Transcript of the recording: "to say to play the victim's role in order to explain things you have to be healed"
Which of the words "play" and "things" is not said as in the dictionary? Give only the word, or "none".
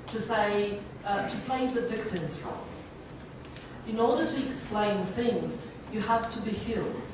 none